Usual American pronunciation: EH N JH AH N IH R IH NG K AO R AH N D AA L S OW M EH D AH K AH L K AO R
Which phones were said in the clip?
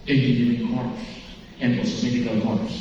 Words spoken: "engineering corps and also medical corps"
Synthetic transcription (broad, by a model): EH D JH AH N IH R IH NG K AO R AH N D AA S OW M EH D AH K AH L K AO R